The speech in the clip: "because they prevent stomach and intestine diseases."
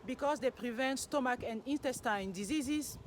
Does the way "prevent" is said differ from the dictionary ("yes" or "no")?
no